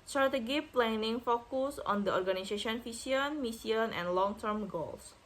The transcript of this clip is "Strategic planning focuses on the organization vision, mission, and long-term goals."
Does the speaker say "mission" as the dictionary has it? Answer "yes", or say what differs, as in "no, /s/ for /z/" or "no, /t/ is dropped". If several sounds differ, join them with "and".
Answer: no, /s/ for /ʃ/